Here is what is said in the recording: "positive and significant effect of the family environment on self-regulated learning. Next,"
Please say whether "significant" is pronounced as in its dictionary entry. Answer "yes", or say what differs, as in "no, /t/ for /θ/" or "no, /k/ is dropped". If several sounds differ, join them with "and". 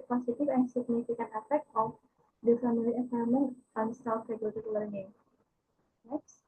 no, /t/ is dropped